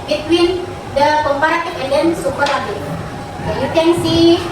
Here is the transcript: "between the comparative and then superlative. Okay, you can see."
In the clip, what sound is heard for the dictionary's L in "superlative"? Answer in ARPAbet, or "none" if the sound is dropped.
none